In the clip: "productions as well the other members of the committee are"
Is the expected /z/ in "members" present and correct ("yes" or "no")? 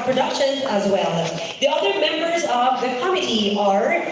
yes